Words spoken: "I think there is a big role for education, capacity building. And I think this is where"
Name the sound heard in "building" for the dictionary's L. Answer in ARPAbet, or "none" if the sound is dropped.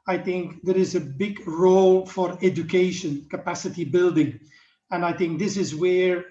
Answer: L